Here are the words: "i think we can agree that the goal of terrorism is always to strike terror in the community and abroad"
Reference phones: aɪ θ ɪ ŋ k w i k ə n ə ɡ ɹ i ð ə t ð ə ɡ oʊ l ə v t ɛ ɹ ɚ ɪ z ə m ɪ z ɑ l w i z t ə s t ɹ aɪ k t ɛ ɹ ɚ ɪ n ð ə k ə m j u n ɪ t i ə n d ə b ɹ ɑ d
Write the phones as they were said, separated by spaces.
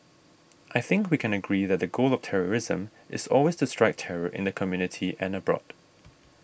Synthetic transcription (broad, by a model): aɪ θ ɪ ŋ k w i k ə n ə ɡ ɹ i ð ə t ð ə ɡ oʊ l ə v t ɛ ɹ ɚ ɪ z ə m ɪ z ɑ l w i z t ə s t ɹ aɪ k t ɛ ɹ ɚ ɪ n ð ə k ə m j u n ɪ t i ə n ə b ɹ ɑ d